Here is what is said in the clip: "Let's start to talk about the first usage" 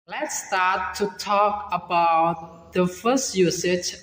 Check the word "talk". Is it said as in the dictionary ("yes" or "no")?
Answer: yes